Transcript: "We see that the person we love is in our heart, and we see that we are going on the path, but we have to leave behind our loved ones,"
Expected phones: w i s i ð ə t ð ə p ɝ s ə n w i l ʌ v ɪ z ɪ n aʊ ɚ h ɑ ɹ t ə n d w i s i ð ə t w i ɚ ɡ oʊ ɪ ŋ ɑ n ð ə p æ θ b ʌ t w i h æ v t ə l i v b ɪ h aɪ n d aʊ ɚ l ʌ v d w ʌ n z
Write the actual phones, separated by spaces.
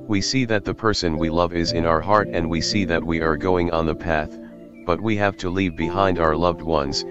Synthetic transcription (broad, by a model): w i s i ð ə t ð ə p ɝ s ə n w i l ʌ v ɪ z ɪ n aʊ ɚ h ɑ ɹ t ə n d w i s i ð ə t w i ɚ ɡ oʊ ɪ ŋ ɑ n ð ə p æ θ b ʌ t w i h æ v t ə l i v b ɪ h aɪ n d aʊ ɚ l ʌ v d w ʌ n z